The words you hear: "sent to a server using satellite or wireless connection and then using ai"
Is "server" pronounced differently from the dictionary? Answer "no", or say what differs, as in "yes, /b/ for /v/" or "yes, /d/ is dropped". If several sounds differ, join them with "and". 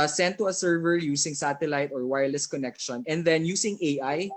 no